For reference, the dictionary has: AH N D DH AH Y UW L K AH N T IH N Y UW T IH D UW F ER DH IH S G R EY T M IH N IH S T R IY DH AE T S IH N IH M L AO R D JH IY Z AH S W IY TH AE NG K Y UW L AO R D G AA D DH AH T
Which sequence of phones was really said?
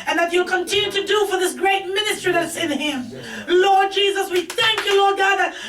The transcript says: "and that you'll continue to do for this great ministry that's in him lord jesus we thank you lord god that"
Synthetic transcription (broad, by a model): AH N DH AH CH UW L K AH N T IH N Y UW T IH D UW F ER DH IH S G R EY T M IH N IH S T R IY DH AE T S IH N IH M L AO R D JH IY Z AH S W IY TH AE NG K Y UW L AO R D G AA D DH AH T